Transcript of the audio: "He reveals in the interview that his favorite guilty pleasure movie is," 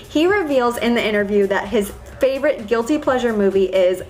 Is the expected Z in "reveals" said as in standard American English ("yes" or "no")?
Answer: yes